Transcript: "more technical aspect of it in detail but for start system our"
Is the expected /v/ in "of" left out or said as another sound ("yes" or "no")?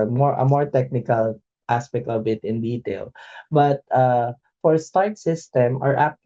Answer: yes